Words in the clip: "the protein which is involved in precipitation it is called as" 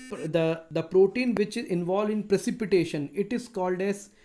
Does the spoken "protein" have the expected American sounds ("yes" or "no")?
yes